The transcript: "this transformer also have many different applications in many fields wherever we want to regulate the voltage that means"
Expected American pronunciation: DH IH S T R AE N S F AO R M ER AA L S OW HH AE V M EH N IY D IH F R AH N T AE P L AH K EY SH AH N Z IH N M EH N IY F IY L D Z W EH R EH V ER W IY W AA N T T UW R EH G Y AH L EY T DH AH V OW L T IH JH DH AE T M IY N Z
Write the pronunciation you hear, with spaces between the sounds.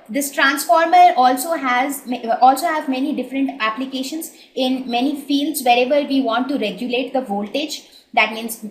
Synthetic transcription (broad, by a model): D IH S T R AE N S F AO R M ER AA L S OW HH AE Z M EH N IY D IH F R AH N T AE P L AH K EY SH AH N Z IH N M EH N IY F IY L D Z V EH R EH V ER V IY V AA N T T UW R EH G Y AH L EY T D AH V OW L T IH JH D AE T M IY N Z